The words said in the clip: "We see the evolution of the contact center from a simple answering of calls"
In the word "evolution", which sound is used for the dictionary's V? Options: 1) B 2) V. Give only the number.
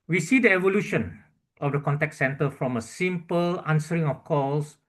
2